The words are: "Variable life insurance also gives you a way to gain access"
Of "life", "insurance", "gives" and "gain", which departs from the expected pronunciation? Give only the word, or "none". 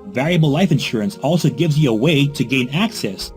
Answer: none